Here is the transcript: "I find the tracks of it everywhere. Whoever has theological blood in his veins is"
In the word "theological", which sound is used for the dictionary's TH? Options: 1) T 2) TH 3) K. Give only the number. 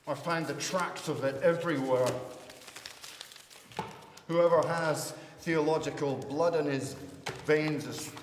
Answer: 2